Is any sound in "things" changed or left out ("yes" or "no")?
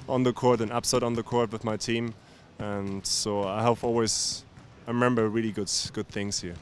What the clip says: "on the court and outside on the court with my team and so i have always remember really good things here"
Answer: no